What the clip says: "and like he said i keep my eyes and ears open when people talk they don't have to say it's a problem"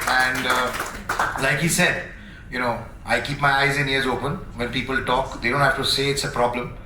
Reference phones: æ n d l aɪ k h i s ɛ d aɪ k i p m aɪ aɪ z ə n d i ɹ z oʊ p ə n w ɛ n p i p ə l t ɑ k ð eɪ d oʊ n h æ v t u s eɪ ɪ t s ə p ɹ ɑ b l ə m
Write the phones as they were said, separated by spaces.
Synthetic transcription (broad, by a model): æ n d l aɪ k h i s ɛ d aɪ k i p m aɪ aɪ z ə n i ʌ z oʊ p ə n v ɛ n p i p ə l t ɑ k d eɪ d oʊ n h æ f t u s eɪ ɪ t s ə p ɹ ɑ b l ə m